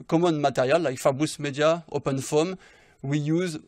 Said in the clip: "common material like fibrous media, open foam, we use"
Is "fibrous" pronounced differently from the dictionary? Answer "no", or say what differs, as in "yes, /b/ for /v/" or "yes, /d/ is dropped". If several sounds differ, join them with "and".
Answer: yes, /ɹ/ is dropped